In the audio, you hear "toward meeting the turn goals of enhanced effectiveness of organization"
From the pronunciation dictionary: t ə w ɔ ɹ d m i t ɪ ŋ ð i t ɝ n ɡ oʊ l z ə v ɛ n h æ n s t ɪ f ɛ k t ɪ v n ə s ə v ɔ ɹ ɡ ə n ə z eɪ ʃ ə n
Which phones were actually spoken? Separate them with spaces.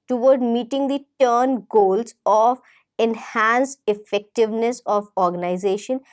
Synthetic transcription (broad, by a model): t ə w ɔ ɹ d m i t ɪ ŋ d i t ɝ n ɡ oʊ l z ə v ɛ n h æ n s ɪ f ɛ k t ɪ v n ə s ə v ɔ ɹ ɡ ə n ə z eɪ ʃ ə n